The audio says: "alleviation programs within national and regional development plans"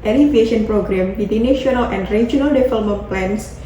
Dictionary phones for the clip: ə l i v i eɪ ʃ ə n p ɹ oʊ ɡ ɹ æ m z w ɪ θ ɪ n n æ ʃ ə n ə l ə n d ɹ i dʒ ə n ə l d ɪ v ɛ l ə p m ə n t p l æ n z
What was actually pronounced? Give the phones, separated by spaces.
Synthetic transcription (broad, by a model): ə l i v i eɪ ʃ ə n p ɹ oʊ ɡ ɹ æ m w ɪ t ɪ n n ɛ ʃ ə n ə l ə n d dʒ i ə n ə l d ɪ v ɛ l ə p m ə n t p l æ n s